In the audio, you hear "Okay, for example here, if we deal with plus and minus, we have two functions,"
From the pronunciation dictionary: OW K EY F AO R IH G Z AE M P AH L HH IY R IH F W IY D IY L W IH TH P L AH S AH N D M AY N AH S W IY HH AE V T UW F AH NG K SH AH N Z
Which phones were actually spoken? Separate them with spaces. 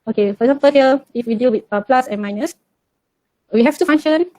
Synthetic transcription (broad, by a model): OW K EY F AO R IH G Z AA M P AH L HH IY L IH F W IY D IY L W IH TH P L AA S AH N M AY N AH S W IY HH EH F T UW F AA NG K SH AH N